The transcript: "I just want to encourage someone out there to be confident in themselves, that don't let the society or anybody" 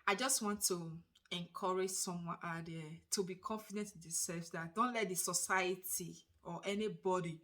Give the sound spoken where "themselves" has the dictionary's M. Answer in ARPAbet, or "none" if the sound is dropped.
none